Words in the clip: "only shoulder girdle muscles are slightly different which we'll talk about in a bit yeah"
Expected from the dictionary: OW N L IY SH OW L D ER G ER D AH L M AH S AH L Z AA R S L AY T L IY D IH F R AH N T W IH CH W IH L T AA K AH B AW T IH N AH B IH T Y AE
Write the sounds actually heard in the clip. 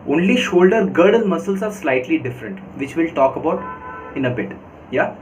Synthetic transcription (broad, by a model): OW N L IY SH OW L D ER G ER D AH L M AH S AH L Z AA R S L AY T L IY D IH F R AH N T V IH CH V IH L T AA K AH B AW T IH N AH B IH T Y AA